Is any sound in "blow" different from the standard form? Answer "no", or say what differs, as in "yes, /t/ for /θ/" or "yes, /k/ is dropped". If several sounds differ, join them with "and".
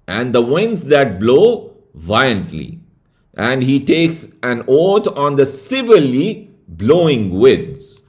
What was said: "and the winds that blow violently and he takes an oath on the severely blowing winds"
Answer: no